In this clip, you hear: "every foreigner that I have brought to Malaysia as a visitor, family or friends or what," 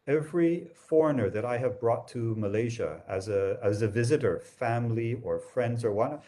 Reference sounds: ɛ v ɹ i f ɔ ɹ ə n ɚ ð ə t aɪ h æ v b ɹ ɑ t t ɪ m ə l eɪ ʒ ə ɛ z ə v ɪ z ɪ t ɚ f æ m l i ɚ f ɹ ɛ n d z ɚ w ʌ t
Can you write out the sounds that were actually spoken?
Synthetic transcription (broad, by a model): ɛ v ɹ i f ɔ ɹ ə n ɚ ð ə t aɪ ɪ v b ɹ ɑ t t ɪ m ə l eɪ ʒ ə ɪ z ə v ɪ z ɪ t ɚ f æ m l i ɚ f ɹ ɛ n d z ɚ w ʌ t